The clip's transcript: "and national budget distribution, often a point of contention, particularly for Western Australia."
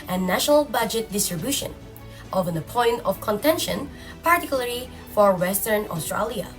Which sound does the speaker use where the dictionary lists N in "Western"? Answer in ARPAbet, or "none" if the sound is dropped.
N